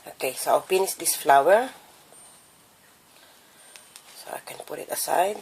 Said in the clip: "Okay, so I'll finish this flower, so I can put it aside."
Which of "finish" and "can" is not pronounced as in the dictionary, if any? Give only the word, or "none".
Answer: finish